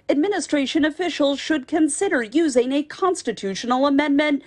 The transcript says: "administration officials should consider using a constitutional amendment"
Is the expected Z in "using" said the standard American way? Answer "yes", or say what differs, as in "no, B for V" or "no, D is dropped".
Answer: yes